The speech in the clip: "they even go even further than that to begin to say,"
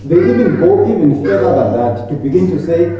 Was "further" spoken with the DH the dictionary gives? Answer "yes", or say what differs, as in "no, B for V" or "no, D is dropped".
no, DH is dropped